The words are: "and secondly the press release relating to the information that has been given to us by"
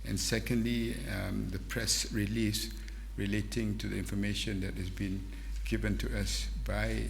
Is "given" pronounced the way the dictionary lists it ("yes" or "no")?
yes